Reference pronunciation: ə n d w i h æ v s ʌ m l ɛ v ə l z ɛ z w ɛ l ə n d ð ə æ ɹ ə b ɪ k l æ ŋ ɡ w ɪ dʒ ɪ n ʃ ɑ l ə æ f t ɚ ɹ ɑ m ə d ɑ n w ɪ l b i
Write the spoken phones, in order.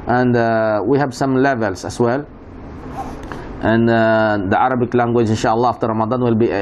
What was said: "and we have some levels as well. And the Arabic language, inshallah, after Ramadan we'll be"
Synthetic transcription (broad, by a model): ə n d w i h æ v s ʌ m l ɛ v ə l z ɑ s w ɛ l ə n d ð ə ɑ ɹ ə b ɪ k l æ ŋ ɡ w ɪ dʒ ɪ n ʃ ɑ l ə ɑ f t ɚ ɹ ɑ m ə d ɑ n w ɪ l b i